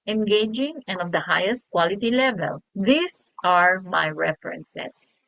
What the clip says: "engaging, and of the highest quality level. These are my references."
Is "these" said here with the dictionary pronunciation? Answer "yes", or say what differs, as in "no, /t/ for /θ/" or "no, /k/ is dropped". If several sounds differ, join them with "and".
no, /s/ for /z/